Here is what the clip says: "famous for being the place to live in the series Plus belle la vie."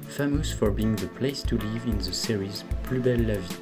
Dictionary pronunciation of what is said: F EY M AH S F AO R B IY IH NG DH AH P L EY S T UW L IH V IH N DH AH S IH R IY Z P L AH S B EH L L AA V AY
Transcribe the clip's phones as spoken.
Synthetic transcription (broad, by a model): F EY M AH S F AO R B IY IH NG DH AH P L EY S T UW L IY V IH N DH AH S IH R IY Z P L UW B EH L L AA V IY